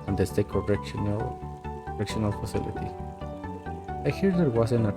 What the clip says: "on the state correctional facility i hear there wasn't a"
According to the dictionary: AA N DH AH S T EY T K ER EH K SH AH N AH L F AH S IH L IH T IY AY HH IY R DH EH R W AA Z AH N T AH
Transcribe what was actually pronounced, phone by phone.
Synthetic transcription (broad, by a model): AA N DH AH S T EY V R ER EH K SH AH N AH L F AH S IH L IH T IY AY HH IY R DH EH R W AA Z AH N AH